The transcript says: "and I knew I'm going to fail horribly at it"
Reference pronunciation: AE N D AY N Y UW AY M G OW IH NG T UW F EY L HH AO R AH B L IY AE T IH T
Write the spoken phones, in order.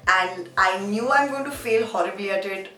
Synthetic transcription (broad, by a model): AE N D AY N Y UW AY M G OW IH T UW F EY L HH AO R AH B IY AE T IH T